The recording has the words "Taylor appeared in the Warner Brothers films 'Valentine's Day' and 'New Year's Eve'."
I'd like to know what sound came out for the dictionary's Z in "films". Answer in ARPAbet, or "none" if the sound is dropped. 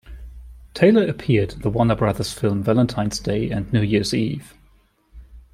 none